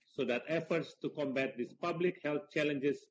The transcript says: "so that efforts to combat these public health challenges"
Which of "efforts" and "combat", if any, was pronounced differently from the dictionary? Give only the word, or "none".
none